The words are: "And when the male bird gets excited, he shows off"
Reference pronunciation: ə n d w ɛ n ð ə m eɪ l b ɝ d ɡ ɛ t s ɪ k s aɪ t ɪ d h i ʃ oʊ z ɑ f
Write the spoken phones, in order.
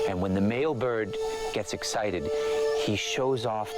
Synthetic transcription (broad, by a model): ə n w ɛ n ð ə m eɪ l b ɝ d ɡ ɛ t s ɪ k s aɪ t ɪ d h i ʃ oʊ z ɑ f